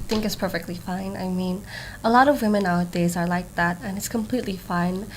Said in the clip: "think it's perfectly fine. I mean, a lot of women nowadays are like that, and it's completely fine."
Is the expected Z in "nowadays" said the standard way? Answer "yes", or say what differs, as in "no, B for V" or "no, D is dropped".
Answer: yes